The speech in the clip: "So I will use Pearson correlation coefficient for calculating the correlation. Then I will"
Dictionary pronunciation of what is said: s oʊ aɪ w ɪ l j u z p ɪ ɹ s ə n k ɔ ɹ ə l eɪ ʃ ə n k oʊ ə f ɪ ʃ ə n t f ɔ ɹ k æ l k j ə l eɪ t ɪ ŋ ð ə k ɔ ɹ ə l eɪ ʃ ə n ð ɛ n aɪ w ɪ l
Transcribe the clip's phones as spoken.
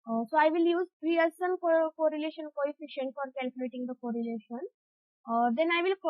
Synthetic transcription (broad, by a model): s oʊ aɪ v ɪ l j u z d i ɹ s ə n k ɔ ɹ ə l eɪ ʃ ə n k oʊ ə f ɪ ʃ ə n t f ɔ ɹ k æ l k j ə l eɪ t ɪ ŋ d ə k ɔ ɹ ə l eɪ ʃ ə n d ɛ n aɪ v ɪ l